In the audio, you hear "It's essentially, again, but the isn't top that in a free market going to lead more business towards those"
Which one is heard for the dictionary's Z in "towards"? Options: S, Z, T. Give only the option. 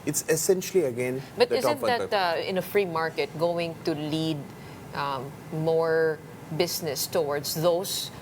S